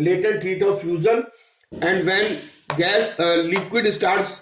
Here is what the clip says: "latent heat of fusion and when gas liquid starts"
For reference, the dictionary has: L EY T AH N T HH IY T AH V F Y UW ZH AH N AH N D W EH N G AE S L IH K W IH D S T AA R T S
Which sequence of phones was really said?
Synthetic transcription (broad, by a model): L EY T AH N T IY T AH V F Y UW Z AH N AH N D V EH N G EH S L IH K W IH D S T AA R T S